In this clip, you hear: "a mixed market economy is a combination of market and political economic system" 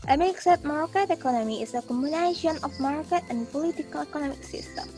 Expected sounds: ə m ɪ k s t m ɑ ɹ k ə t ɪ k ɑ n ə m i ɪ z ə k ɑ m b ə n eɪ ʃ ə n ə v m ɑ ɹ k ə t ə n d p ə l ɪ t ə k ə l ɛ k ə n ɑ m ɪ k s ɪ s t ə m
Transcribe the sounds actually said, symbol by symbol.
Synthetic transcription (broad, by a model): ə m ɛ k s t m ɑ ɹ k ə t ɪ k ɑ n ə m i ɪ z ə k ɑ m ə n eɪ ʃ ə n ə f m ɑ ɹ k ə t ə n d p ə l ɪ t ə k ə l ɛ k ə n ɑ m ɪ k s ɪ s t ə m